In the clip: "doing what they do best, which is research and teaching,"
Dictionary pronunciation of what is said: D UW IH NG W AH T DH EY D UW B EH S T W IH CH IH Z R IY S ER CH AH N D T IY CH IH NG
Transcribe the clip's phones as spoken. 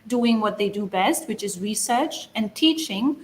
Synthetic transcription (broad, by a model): D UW IH NG W AH T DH EY D UW B EH S T W IH CH IH Z R IY S ER CH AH N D T IY CH IH NG